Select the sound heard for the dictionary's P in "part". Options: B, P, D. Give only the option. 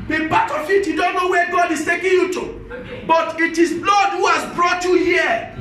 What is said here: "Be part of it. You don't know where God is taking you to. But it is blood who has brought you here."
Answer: B